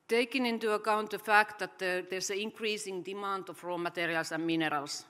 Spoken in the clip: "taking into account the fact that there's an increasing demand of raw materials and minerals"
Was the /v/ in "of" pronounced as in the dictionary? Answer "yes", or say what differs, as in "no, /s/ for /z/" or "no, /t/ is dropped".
no, /f/ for /v/